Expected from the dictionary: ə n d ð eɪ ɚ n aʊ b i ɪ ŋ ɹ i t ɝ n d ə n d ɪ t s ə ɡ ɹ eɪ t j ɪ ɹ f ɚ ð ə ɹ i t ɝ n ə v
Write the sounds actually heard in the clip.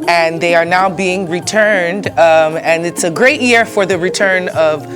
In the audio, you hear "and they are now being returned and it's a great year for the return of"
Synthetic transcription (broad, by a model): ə n ð eɪ ɚ n aʊ b i ɪ ŋ ɹ i t ɝ n d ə n ɪ t s ə ɡ ɹ eɪ t j ɪ ɹ f ɚ ð ə ɹ i t ɝ n ə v